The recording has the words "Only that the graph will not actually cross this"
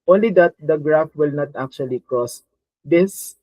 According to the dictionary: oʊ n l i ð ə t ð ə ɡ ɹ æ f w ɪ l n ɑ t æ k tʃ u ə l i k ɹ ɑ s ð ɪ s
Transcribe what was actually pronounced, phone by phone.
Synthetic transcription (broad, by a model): oʊ n l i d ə t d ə ɡ ɹ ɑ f w ɪ l n ɑ t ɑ k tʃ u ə l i k ɹ ɑ s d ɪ s